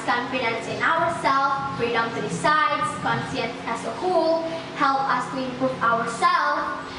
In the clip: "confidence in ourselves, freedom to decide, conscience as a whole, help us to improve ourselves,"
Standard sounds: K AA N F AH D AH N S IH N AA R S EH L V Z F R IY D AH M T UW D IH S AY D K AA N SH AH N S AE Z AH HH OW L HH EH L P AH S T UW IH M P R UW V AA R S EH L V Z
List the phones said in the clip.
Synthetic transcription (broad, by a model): K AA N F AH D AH N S IH N AA R S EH L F F R IY D AH M T UW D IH S AY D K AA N S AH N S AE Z AH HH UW L HH EH L P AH S T UW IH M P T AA W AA R S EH L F